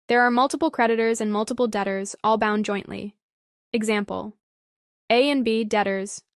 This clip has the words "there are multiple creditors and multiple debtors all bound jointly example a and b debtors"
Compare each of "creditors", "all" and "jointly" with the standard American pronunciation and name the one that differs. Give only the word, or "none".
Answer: none